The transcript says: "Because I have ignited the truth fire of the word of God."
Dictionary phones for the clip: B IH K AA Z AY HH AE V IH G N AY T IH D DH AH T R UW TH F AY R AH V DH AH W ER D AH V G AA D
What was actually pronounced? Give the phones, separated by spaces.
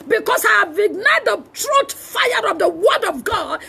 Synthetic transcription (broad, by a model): B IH K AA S AY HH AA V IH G N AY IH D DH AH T R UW T F AY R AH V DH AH W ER D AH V G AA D